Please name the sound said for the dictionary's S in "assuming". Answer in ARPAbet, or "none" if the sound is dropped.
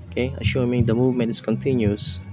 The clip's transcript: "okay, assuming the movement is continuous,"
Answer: SH